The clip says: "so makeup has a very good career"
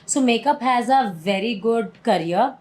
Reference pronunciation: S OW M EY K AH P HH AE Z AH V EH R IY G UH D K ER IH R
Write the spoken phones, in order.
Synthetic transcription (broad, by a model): S OW M EY K AH P HH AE Z AH V EH R IY G UH D K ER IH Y